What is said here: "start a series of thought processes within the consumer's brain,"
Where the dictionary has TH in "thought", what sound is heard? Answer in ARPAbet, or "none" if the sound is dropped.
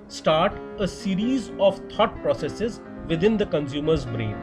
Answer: T